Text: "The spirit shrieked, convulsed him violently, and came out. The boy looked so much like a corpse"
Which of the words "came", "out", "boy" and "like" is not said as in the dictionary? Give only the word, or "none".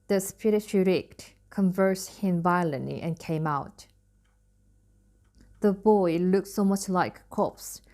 like